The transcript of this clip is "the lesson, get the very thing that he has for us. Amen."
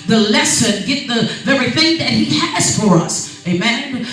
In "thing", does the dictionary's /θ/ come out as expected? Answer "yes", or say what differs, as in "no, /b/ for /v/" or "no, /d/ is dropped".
yes